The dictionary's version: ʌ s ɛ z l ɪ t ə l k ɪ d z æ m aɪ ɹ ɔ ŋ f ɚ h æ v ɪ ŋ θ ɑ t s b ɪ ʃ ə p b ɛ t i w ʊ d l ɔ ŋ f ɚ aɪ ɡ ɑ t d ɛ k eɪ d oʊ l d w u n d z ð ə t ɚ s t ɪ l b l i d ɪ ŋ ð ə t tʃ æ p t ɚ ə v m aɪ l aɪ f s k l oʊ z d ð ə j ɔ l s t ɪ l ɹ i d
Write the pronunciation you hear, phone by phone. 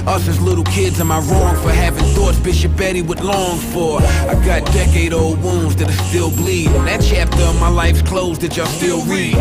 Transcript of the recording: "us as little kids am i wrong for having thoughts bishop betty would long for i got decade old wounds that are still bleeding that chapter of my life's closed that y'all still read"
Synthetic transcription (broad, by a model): ʌ s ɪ z l ɪ t l k ɪ d z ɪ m aɪ ɹ ɔ ŋ f ɚ h æ v ɪ ŋ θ ɑ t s b ɪ ʃ ə p b ɛ t i w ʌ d l ɔ ŋ f ɚ aɪ ɡ ɑ t d ɛ k eɪ d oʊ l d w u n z ð ə t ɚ s t ɪ l b l i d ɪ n ð ə t tʃ æ p t ɚ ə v m aɪ l aɪ f s k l oʊ z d ð ə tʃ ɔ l s t ɪ l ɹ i